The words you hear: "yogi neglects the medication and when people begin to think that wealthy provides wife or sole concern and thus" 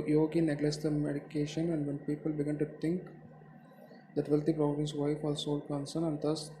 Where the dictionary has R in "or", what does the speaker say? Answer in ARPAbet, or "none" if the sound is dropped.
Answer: L